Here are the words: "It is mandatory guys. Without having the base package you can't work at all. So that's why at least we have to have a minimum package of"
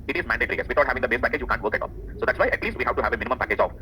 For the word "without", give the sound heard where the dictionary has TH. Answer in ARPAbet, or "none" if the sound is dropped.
T